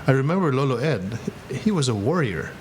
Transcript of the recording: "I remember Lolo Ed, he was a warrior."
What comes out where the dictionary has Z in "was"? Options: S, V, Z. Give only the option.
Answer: Z